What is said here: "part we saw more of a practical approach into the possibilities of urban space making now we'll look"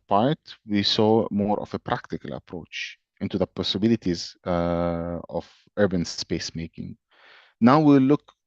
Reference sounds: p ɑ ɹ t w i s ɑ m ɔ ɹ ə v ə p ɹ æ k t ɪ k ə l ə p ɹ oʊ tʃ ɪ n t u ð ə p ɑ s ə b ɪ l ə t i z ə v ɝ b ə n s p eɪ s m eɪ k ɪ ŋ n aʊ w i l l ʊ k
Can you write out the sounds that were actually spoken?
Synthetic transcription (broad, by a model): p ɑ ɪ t w i s ɑ m ɔ ɹ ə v ə p ɹ æ k t ɪ k ə l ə p ɹ oʊ tʃ ɪ n t u ð ə p ɑ s ə b ɪ l ə t i z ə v ɝ b ə n s p eɪ s m eɪ k ɪ ŋ n aʊ w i w l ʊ k